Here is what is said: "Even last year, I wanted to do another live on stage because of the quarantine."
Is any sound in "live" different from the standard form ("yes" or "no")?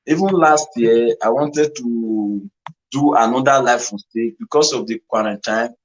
yes